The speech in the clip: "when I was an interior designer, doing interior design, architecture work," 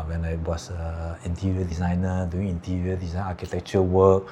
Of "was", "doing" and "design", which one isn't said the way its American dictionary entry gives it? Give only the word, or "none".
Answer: was